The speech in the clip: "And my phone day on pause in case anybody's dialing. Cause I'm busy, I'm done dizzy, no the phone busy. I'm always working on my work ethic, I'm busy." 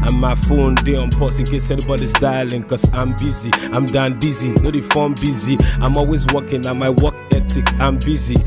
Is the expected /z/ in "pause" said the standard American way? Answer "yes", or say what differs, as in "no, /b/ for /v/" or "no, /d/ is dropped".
no, /s/ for /z/